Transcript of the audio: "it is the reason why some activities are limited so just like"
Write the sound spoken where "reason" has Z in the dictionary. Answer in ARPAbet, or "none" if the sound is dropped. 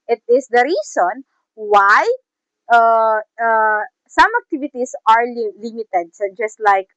S